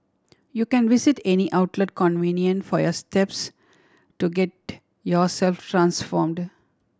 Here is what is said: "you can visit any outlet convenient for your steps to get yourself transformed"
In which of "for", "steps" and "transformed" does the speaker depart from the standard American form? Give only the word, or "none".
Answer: none